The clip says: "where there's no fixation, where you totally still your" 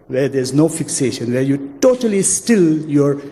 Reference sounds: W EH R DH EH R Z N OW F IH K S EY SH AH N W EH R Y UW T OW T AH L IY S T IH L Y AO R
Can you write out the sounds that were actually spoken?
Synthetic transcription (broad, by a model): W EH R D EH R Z N OW F IH K S EY SH AH N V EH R Y UW T OW T AH L IY S T IH L Y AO R